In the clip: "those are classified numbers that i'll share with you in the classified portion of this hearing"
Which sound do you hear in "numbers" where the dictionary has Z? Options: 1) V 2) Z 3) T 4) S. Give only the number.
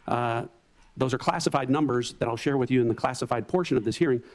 2